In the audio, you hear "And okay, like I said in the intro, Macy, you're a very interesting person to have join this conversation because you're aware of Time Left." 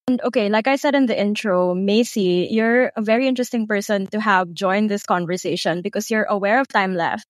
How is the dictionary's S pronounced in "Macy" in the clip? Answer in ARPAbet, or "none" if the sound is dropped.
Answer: S